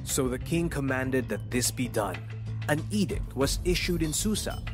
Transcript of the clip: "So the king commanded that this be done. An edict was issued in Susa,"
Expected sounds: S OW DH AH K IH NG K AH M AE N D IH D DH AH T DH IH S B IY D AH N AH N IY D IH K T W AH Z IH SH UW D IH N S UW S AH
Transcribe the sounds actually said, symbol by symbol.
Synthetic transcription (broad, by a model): S OW DH AH K IH NG K AH M AE N D IH D DH AH T DH IH S B IY D AH N AH N IY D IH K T W AH Z IH SH UW D IH N S UW S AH